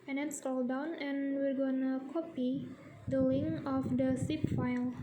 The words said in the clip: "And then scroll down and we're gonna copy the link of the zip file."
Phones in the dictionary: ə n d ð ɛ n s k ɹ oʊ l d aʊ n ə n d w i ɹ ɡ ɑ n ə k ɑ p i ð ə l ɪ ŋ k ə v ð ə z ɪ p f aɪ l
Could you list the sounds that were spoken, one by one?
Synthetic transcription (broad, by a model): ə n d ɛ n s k oʊ l d aʊ n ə n w i ɹ ɡ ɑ n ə k ɑ p i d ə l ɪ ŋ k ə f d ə s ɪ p f aɪ l